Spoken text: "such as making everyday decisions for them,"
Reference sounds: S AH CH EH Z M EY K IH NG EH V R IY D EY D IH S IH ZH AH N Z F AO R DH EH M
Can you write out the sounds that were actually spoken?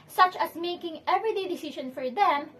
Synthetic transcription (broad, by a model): S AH CH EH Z M EY K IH NG EH V R IY D EY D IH S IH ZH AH N F AO R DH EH M